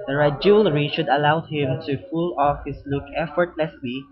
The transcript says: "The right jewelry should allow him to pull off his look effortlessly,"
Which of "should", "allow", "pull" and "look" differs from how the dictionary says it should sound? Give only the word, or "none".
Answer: pull